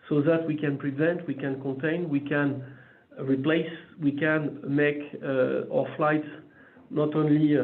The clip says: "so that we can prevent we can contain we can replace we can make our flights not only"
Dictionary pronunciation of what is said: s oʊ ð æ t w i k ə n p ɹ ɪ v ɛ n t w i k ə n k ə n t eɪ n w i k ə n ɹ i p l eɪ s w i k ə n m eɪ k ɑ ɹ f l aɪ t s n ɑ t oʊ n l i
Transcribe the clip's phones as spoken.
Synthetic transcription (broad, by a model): s oʊ ð æ t w i k ə n p ɹ ɪ v ɛ n t w i k ə n k ə n t eɪ n w i k ə n ɹ i p l eɪ s w i k ə n m eɪ k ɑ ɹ f l aɪ t n ɑ t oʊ n l i